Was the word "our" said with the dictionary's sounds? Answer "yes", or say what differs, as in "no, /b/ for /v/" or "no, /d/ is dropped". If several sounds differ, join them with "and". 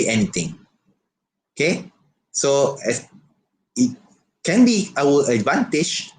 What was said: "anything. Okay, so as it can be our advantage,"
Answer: no, /l/ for /ɹ/